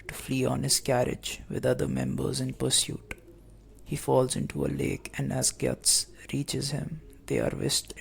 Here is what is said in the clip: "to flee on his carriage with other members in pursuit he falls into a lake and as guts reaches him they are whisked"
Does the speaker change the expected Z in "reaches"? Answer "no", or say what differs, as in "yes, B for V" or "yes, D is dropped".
no